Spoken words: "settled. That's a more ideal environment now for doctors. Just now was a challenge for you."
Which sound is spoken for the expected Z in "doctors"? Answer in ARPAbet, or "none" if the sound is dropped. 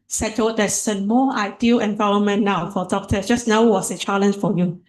none